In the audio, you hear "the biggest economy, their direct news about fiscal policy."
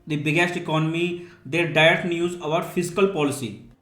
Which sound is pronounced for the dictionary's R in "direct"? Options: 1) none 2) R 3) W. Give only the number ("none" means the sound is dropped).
1